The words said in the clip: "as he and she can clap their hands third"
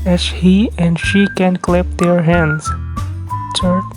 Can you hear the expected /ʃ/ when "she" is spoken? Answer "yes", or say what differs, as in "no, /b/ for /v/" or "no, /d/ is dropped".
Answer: yes